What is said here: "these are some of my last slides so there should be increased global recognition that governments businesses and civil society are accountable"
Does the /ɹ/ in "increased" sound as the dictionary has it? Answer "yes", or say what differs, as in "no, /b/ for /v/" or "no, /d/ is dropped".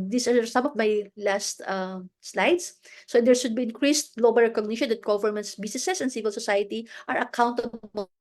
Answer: yes